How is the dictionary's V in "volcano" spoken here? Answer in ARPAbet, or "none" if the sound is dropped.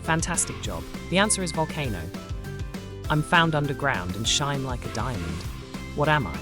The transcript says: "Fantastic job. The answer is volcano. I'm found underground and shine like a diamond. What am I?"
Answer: V